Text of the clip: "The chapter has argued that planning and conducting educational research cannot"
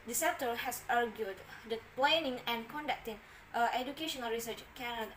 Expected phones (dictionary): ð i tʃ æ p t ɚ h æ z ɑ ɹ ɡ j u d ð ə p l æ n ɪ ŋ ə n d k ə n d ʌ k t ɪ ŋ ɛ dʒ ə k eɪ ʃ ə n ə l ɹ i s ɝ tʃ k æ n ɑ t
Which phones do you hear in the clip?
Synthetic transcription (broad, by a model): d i s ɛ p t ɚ h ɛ s ɑ ɹ ɡ j u d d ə p l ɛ n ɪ ŋ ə n k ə n d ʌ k t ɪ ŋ ɛ dʒ ə k eɪ ʃ ə n ə l ɹ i s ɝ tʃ k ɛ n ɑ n